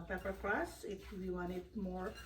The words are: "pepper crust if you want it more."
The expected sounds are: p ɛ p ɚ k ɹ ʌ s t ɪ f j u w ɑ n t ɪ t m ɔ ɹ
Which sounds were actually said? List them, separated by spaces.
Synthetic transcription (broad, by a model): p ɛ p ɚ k l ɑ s ɪ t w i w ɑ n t ɪ t m ɔ ɹ